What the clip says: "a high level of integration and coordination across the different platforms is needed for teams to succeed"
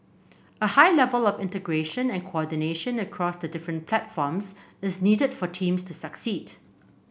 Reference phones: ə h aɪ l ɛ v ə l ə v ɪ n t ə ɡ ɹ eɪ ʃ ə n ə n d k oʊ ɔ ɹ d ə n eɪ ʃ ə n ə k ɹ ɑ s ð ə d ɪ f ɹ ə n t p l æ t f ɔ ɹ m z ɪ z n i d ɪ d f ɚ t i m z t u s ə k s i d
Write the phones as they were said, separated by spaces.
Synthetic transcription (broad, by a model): ə h aɪ l ɛ v ə l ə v ɪ n t ə ɡ ɹ eɪ ʃ ə n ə n k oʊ ɔ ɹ d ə n eɪ ʃ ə n ə k ɹ ɑ s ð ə d ɪ f ɹ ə n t p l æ t f ɔ m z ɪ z n i d ɪ d f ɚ t i m s t u s ə k s i d